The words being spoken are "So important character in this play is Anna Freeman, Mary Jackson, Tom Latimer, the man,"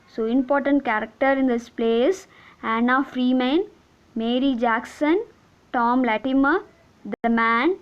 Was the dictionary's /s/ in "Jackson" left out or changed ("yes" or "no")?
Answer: no